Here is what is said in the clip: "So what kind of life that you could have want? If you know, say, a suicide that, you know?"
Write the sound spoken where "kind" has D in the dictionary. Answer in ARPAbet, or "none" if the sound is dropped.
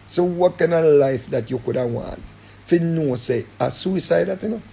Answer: none